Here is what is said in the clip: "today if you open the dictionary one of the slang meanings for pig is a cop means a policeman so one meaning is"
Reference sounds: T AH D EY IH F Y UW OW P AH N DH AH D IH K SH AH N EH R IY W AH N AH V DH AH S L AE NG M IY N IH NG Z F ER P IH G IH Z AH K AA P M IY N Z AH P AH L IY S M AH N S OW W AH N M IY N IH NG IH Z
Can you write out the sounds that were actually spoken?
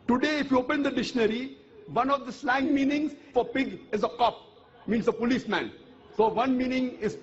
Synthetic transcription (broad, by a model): T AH D EY IH F Y UW OW P AH N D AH D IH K SH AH N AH R IY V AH N AH V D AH S L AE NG M IY N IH NG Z F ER P IH G IH Z AH K AA P M IY N S AH P AH L IY S M AH N S OW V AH N M IY N IH NG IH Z